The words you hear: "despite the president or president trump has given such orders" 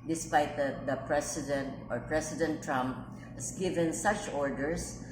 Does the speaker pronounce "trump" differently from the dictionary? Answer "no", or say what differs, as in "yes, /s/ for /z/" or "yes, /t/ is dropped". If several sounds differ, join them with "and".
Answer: no